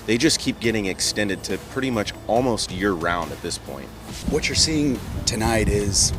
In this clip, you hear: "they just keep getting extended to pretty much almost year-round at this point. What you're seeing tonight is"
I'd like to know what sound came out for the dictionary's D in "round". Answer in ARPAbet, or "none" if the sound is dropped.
D